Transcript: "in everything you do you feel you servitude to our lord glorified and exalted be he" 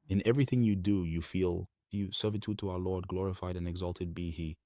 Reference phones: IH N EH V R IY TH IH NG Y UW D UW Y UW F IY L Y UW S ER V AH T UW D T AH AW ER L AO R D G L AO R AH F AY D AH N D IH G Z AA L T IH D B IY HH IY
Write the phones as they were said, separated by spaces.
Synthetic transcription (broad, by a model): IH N EH V R IY TH IH NG Y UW D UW Y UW F IY L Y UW S ER V AH T UW D T AH AW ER L AO R D G L AO R AH F AY D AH N IH G Z AA L T IH D B IY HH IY